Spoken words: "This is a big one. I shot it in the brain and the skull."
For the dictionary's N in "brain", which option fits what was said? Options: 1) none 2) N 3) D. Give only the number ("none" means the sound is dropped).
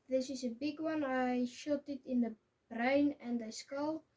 2